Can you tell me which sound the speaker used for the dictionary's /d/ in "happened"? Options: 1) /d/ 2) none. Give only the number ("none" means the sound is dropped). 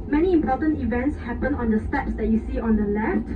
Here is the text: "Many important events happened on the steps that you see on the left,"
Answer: 2